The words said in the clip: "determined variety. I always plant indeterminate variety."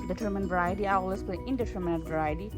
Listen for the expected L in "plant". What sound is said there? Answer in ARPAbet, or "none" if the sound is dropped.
none